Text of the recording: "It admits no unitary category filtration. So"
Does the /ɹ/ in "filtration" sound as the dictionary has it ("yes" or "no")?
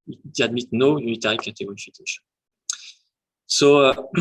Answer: no